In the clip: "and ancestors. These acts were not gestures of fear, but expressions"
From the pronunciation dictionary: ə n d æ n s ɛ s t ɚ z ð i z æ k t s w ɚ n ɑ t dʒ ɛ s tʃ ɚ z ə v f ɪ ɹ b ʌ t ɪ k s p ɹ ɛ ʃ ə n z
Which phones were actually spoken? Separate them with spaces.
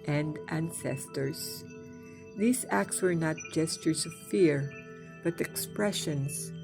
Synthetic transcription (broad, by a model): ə n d æ n s ɛ s t ɚ z ð i z æ k t s w ɚ n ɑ t dʒ ɛ s tʃ ɚ z ə v f ɪ ɹ b ʌ t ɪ k s p ɹ ɛ ʃ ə n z